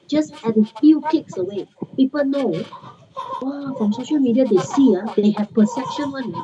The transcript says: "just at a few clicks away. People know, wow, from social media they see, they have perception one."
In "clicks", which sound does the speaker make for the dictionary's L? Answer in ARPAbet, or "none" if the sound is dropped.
none